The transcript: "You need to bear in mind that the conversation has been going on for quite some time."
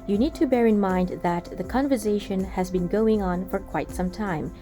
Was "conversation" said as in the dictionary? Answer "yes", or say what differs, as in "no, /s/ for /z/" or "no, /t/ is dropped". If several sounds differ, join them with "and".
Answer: yes